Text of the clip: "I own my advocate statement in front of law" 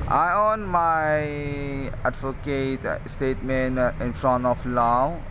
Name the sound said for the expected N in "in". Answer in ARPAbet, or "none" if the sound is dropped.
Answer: N